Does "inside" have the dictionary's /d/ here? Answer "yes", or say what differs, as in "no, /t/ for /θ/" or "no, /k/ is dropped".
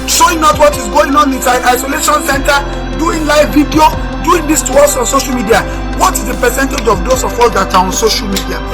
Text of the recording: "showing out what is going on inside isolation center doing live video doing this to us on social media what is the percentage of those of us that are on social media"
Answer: no, /d/ is dropped